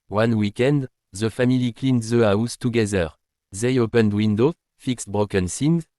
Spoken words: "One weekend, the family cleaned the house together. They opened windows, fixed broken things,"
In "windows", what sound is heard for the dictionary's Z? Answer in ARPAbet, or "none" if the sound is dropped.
none